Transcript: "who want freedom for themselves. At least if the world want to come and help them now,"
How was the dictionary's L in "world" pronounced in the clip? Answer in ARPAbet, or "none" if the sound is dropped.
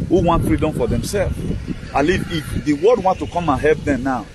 none